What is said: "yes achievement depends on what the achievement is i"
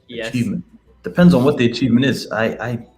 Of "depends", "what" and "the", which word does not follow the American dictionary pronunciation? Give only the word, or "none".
none